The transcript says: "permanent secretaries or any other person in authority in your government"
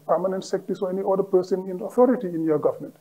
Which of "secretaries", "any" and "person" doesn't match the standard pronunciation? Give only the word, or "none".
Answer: secretaries